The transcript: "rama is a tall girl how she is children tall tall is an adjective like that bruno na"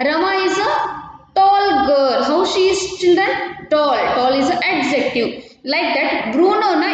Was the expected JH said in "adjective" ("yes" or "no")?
no